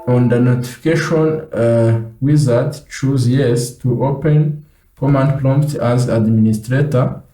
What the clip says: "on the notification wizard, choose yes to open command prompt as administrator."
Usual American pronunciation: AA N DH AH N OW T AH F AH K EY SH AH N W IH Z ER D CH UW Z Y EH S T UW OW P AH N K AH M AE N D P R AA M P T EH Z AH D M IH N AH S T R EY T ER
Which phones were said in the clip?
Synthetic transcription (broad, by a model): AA N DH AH N OW T AH F AH K EY SH AH N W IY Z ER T CH UW Z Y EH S T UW OW P AH N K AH M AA N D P L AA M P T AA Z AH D M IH N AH S T R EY T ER